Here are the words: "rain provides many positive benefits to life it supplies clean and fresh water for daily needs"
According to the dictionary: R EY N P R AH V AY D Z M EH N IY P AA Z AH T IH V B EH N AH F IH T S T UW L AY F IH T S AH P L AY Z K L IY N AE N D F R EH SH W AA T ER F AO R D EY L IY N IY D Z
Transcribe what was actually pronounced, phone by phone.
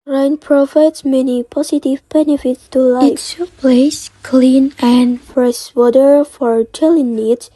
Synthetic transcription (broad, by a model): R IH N P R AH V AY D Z M EH N IY P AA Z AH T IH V B EH N AH F IH T S T UW L AY IH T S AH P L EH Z K L IY N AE N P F R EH S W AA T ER F AO R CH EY L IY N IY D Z